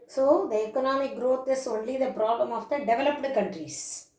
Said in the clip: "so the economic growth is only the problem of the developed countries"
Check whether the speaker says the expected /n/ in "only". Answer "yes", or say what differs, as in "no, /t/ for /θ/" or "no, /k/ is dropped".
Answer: yes